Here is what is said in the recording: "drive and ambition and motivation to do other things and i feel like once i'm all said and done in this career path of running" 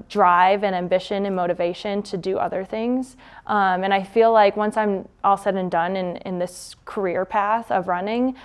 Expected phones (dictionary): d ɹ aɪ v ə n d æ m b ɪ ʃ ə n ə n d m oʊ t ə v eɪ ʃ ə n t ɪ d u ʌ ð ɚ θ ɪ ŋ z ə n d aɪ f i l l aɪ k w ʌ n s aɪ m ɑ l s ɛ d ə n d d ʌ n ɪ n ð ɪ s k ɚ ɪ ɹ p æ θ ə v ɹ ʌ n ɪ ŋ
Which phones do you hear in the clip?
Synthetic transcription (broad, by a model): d ɹ aɪ v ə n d æ m b ɪ ʃ ə n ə n m oʊ t ə v eɪ ʃ ə n t ɪ d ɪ ʌ ð ɚ θ ɪ ŋ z ə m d aɪ f i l l aɪ k w ʌ n s aɪ m ɑ l s ɛ d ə n d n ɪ n ɪ n ð ɪ s k ɚ ɪ ɹ p æ θ ə v ɹ ʌ n ɪ ŋ